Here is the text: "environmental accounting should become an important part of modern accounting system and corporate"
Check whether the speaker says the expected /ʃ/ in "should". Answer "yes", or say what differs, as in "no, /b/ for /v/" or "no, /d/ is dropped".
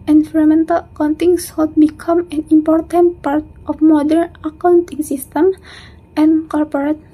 no, /s/ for /ʃ/